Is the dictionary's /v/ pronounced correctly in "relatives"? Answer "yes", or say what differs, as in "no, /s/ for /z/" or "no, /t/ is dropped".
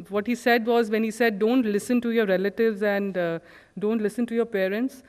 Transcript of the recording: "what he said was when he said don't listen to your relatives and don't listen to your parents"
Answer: yes